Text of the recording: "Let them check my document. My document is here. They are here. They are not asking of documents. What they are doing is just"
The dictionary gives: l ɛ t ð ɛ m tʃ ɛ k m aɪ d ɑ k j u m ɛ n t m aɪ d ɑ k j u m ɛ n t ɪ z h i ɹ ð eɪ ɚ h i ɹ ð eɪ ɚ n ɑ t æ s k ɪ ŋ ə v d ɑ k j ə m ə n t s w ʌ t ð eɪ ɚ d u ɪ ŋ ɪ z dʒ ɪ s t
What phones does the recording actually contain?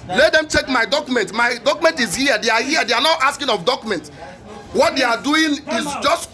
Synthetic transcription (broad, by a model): l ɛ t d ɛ m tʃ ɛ k m aɪ d ɑ k j u m ɛ n t m aɪ d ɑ k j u m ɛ n t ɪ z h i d eɪ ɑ h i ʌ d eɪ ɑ n ɑ t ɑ s k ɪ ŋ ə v d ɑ k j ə m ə n t w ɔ t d eɪ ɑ d u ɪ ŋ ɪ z dʒ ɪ s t